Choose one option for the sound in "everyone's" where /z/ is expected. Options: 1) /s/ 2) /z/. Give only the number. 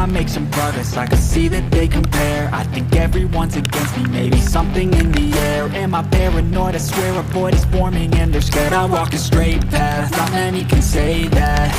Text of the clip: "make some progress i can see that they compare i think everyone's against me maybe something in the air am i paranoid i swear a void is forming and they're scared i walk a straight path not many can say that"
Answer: 2